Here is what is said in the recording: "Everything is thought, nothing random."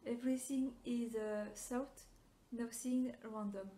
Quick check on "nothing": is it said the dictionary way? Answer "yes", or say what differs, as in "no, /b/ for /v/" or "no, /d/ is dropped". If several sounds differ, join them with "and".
no, /s/ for /θ/